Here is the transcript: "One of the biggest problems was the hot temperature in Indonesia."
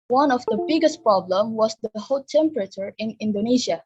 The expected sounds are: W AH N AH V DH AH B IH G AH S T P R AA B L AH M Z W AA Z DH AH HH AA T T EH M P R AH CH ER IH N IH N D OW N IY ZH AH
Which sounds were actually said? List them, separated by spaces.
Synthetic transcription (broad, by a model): W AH N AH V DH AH B IH G AH S T P R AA B L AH M W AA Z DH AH HH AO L T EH M P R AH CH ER IH N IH N D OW N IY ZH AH